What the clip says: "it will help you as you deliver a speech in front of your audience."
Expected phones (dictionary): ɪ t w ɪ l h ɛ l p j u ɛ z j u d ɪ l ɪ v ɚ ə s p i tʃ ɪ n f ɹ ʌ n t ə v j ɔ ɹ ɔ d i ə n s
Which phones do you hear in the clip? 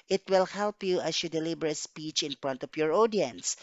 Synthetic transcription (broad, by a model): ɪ t w ɪ l h ɛ l p j u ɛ s j u d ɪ l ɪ b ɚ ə s p i tʃ ɪ n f ɹ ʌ n t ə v j ɔ ɹ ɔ d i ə n s